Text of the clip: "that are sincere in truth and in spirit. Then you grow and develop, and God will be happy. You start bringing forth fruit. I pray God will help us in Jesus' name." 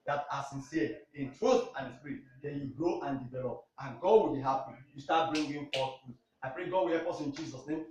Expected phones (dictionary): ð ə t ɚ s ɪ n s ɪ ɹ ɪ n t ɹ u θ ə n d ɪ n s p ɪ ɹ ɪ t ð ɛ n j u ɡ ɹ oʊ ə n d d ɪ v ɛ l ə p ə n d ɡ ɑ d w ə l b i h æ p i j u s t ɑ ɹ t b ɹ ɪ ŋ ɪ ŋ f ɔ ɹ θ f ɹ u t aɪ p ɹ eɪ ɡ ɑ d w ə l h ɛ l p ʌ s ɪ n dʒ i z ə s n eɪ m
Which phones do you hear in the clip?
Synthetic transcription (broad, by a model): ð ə t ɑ s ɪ n s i ɪ n t ɹ u θ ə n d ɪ s p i ɹ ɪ t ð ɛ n j u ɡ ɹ oʊ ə n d d ɪ v ɛ l ə p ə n ɡ ɑ d w ə l b i h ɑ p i j u s t ɑ t b ɹ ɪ ŋ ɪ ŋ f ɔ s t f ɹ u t aɪ p ɹ eɪ ɡ ɑ d w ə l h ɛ p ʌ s ɪ n dʒ i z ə s n eɪ m